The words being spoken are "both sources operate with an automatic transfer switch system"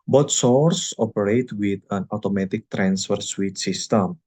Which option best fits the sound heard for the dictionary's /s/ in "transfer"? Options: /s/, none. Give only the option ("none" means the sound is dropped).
/s/